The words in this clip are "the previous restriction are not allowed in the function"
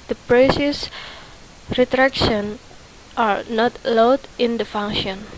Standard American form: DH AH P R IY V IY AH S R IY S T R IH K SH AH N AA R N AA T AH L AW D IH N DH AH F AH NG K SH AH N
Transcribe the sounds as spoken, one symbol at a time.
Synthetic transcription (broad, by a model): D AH P R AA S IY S R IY T R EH K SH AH N AA R N AA T L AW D IH N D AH F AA NG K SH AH N